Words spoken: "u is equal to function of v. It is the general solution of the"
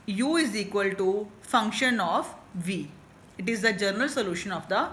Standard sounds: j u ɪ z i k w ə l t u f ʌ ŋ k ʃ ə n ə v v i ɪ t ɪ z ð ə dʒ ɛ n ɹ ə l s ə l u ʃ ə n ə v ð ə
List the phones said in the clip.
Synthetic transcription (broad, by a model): j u ɪ z i k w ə l t u f ʌ ŋ k ʃ ə n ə f v i ɪ t ɪ z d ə dʒ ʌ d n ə l s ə l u ʃ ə n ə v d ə